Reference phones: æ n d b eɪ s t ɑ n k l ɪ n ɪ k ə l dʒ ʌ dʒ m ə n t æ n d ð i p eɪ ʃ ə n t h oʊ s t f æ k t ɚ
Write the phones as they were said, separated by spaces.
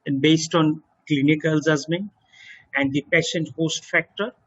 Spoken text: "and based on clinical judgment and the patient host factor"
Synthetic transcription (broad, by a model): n b eɪ s t ɑ n k l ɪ n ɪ k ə l z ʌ z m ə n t æ n d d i p eɪ ʃ ə n t h oʊ s t f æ k t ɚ